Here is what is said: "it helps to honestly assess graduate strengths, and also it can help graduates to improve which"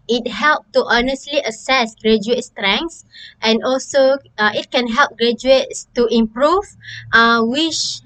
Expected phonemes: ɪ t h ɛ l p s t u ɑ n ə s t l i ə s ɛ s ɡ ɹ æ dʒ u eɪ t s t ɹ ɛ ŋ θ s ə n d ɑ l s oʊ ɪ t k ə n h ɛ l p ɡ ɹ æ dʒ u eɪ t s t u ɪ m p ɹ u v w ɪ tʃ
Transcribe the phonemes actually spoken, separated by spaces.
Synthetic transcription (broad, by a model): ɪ t h ɛ l p t u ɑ n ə s t l i ə s ɛ s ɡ ɹ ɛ dʒ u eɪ t s t ɹ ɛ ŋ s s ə n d ɑ l s oʊ ɪ t k ə n h ɛ l p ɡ ɹ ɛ dʒ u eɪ t s t u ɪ m p ɹ u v w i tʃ